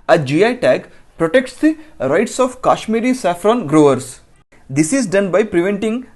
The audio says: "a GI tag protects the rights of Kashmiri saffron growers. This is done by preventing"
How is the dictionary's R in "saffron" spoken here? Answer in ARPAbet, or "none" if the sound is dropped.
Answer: R